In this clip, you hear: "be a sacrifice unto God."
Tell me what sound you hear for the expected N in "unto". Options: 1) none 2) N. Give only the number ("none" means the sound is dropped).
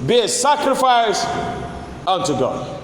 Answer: 2